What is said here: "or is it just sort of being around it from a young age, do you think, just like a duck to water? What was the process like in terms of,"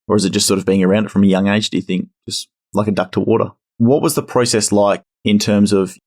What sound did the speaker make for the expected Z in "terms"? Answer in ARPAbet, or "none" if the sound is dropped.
Z